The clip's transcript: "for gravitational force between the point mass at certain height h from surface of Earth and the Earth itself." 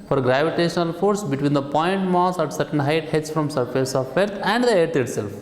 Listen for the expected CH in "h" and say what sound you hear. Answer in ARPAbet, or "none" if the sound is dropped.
S